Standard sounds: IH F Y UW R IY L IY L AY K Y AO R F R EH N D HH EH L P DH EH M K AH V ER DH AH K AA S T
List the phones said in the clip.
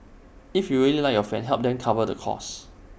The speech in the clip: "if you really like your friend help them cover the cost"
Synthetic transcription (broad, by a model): IH F Y UW R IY L IY L AY K Y AO F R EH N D HH EH L P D EH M K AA V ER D AH K AA S